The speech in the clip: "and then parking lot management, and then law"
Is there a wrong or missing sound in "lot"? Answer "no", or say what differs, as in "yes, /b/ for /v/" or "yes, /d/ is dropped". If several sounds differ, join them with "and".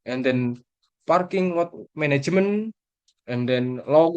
yes, /w/ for /l/